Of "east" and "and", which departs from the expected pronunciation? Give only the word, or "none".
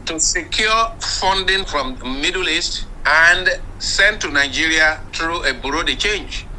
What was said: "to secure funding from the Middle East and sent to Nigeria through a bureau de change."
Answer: none